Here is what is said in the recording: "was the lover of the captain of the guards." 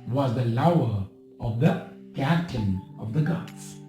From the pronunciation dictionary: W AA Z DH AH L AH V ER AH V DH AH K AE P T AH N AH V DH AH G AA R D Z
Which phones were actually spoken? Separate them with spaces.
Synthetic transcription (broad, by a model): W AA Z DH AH L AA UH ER AH V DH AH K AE T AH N AH V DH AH G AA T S